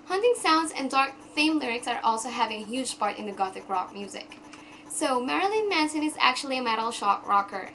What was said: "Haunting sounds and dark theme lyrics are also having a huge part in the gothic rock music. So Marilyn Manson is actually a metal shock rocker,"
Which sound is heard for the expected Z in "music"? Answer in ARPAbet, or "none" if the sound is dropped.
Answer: Z